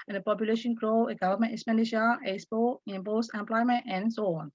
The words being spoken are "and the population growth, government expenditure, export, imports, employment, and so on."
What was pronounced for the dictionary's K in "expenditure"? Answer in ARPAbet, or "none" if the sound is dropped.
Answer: none